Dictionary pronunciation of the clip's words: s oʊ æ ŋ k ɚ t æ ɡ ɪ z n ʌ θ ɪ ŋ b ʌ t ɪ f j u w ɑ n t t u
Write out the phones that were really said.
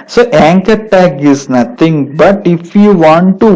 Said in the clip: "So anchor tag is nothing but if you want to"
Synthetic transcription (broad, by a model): s oʊ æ ŋ k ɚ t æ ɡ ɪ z n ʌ t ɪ ŋ b ʌ t ɪ f j u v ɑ n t t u